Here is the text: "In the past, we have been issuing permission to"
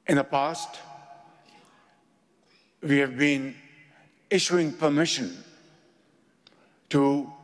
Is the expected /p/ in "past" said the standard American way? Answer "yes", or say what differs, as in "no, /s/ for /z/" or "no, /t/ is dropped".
yes